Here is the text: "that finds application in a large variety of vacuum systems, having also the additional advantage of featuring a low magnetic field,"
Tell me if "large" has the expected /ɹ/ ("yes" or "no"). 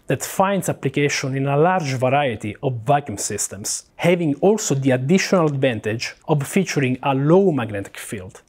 yes